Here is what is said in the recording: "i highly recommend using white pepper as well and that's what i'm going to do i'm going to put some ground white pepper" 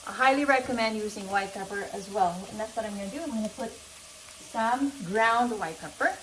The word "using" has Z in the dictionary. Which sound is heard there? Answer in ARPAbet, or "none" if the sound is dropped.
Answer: Z